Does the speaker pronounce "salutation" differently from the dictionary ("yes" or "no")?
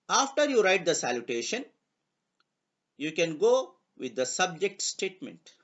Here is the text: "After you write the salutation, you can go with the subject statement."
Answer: no